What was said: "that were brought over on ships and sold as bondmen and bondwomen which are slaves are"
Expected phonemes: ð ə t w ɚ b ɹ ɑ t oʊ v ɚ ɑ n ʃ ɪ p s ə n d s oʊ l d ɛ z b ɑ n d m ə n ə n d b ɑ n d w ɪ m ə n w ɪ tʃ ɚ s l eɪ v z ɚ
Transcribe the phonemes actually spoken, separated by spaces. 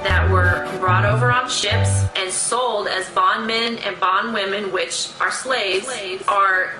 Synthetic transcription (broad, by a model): ð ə t w ɚ b ɹ ɑ t oʊ v ɚ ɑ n ʃ ɪ p s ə n s oʊ l d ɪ z b ɑ n m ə n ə n b ɑ n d w ɪ m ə n w ɪ tʃ ɚ s l eɪ v z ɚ